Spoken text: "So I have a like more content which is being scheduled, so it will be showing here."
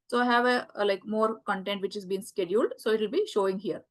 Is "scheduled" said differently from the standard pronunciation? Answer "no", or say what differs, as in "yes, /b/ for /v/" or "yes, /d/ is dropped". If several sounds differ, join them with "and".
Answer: no